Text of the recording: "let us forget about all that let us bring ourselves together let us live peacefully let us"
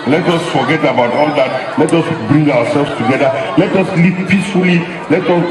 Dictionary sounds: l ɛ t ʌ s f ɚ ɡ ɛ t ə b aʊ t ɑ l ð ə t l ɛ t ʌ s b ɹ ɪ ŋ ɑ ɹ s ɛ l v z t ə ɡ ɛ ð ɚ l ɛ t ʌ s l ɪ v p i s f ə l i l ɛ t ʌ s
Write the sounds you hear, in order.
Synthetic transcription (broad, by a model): l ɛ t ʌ s f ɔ ɡ ɛ t ə b aʊ t ɑ l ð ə t l ɛ t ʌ s b ɹ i ŋ ɑ w s ɛ l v s t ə ɡ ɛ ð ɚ l ɛ t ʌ s l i p p i s f ə l i l ɛ t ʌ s